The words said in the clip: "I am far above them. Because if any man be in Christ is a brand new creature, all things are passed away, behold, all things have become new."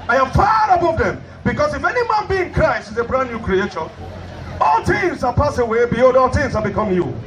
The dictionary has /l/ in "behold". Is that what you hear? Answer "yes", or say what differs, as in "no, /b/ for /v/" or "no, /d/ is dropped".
no, /l/ is dropped